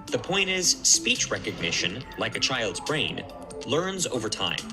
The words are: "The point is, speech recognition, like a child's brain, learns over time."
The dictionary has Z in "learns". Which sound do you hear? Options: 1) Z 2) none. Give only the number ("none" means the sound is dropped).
1